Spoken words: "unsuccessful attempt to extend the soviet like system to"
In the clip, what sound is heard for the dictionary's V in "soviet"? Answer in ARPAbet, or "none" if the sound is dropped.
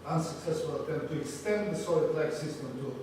none